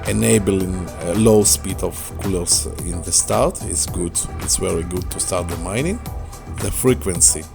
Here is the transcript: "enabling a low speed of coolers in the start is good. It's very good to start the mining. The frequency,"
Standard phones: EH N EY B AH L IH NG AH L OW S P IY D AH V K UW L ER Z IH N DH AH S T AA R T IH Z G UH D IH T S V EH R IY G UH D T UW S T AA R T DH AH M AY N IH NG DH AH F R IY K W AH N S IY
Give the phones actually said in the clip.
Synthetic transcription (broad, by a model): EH N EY B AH L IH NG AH L OW S P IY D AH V K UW L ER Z IH N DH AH S T AA R T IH S G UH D IH T S V EH R IY G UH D T UW S T AA R T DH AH M AY N IH NG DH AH F R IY K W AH N S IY